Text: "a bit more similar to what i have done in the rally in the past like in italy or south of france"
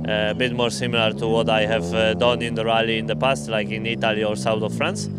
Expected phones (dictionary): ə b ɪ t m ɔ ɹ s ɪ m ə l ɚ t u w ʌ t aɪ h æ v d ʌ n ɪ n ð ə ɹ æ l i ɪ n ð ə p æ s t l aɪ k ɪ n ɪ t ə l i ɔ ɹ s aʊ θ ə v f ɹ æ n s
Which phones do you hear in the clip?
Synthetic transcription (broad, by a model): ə b ɪ t m ɔ ɹ s ɪ m ə l ɚ t u w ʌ t aɪ h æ v d ʌ n ɪ n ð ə ɹ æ l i ɪ n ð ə p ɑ s t l aɪ k ɪ n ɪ t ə l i ɔ ɹ s aʊ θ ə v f ɹ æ n s